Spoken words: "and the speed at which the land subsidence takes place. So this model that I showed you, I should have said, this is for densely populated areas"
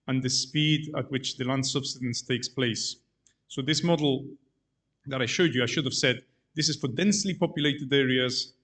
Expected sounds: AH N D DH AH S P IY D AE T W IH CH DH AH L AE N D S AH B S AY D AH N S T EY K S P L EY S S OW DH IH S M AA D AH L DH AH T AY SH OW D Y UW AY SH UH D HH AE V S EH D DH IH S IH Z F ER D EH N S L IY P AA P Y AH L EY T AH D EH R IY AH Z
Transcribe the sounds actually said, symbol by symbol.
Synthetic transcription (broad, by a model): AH N DH AH S P IY D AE T W IH CH DH AH L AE N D S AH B S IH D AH N S T EY K S P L EY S S OW DH IH S M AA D L DH AH T AY SH OW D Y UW AY SH UH D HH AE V S EH D DH IH S IH Z F ER D EH N S L IY P AA P Y AH L EY T AH D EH R IY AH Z